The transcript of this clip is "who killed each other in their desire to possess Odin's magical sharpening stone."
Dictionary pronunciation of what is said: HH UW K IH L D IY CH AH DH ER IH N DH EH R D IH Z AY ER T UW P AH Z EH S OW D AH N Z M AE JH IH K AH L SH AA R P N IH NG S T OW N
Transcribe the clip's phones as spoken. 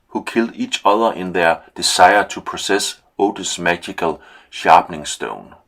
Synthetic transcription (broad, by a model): HH UW K IH L D IY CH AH DH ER IH N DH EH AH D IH S AY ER S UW P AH S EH S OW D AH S M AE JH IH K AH L SH AA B N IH NG S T OW N